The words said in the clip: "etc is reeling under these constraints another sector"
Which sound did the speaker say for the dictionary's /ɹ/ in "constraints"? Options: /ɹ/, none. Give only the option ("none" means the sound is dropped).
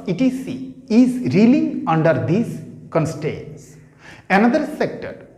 none